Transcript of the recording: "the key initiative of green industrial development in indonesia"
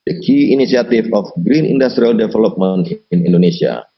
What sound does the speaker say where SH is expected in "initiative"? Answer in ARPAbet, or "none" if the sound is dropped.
S